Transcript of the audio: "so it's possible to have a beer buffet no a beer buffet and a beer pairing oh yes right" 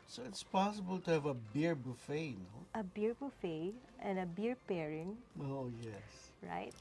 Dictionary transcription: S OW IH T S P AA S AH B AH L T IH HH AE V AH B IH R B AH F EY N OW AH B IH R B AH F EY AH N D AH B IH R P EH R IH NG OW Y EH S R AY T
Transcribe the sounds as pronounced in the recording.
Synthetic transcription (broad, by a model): S OW IH T S P AA S AH B AH L T IH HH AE V AH B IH R B AH F EY N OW AH B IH R B AH F EY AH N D AH B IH R P EH R IH NG OW Y EH S R AY T